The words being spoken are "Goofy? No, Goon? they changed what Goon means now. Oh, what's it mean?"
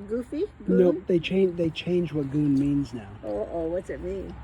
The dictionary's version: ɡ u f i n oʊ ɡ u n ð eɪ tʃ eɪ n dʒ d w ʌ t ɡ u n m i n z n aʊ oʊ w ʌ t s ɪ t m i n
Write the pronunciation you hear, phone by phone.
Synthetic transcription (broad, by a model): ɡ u f i n oʊ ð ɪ n ð eɪ tʃ eɪ n dʒ w ʌ t ɡ u n m i n z n aʊ oʊ w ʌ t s ɪ t m i n